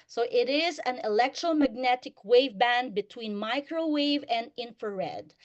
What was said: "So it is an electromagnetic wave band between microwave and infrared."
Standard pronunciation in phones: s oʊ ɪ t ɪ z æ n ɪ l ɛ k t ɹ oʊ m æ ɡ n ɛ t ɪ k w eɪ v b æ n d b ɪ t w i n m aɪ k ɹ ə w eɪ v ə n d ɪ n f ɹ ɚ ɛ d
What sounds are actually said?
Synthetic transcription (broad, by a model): s oʊ ɪ t ɪ z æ n ɪ l ɛ k t ɹ oʊ m æ ɡ n ɛ t ɪ k w eɪ v b æ n d b ɪ t w i n m aɪ k ɹ ə w eɪ v ə n d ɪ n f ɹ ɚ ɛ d